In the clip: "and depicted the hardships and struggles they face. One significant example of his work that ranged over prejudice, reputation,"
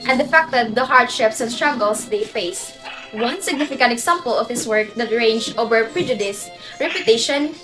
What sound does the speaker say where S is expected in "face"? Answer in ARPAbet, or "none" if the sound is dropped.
S